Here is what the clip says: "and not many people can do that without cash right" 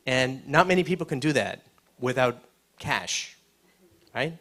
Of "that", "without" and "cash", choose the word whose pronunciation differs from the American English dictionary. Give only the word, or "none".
none